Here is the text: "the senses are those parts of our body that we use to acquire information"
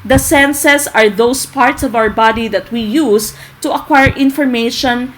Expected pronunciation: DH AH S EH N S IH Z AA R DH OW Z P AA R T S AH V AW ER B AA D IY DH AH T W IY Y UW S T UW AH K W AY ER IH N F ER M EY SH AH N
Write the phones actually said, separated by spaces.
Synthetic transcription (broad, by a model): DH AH S EH N S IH S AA R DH OW S P AA R T S AH V AW ER B AA D IY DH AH T W IY Y UW S T UW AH K W AY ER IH N F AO M EY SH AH N